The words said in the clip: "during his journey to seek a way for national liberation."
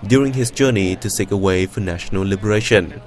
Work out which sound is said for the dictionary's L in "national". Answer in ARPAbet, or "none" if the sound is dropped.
L